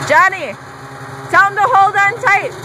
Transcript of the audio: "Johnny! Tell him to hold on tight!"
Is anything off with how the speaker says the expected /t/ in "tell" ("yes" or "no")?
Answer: yes